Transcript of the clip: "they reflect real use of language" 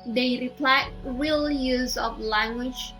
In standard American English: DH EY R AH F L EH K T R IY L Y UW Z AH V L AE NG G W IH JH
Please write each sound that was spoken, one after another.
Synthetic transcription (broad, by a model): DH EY R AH P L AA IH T R IY L Y UW Z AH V L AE NG G W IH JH